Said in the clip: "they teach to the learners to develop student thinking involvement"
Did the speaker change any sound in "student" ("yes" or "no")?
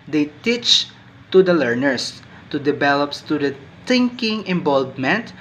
yes